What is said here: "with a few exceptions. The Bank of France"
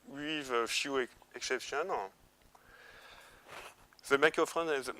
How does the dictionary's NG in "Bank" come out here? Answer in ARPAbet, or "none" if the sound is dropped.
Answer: none